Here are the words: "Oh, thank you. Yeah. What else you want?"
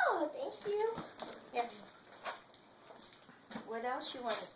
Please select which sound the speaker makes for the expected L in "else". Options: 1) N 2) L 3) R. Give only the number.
2